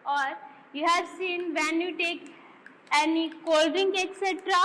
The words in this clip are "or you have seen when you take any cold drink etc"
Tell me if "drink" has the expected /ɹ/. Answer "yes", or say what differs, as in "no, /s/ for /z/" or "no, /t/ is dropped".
no, /ɹ/ is dropped